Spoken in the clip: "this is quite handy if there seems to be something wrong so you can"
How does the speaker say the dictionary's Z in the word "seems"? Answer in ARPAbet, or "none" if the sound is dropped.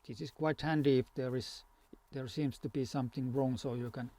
S